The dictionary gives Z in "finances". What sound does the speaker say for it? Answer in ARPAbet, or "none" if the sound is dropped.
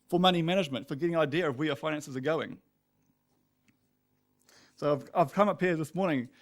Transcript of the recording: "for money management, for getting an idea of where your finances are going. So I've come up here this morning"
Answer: Z